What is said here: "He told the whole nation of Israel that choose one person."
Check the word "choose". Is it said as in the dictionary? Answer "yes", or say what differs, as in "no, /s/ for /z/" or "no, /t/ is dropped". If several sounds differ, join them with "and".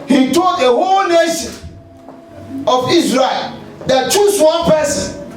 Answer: no, /s/ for /z/